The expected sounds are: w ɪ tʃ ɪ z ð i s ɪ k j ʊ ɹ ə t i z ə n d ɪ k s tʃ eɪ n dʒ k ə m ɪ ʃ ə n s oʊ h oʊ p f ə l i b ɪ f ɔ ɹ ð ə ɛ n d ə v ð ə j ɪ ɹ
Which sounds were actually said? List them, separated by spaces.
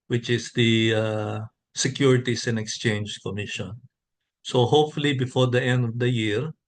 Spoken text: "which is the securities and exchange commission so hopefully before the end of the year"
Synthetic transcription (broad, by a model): w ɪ tʃ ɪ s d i s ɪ k j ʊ ɹ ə t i s ə n d ɪ k s tʃ eɪ n dʒ k ə m ɪ ʃ ə n s oʊ h oʊ p f ə l i b ɪ f ɔ ɹ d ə ɛ n d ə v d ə j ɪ ɹ